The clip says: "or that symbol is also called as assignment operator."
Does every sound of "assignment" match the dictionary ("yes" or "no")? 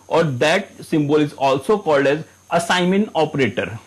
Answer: no